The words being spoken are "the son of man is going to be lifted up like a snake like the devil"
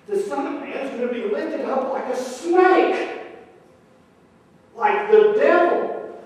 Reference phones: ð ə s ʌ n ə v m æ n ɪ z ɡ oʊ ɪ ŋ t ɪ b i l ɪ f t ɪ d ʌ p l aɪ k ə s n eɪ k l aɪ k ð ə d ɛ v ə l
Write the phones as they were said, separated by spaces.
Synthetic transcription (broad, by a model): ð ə s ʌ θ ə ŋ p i ɪ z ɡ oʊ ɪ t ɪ b i l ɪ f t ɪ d ʌ p l aɪ k ə s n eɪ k l aɪ k ð ə d ɛ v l